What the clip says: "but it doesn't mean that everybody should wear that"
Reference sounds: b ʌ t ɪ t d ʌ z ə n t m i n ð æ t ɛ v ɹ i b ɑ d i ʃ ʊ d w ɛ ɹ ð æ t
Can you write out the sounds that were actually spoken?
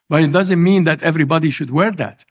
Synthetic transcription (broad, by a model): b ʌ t ɪ t d ʌ z ə n t m i n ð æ t ɛ v ɹ i b ɑ d i ʃ ʊ d w ɛ ɹ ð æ t